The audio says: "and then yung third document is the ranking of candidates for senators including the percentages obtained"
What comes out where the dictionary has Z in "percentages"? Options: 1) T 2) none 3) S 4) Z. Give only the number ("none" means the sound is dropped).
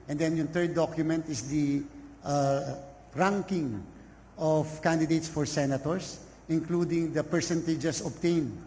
3